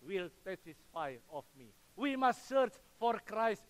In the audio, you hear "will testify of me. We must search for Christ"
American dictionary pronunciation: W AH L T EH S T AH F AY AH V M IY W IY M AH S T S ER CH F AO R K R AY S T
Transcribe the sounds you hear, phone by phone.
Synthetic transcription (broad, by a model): W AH L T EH T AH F AY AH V M IY W IY M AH S T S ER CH F AO R K R AY S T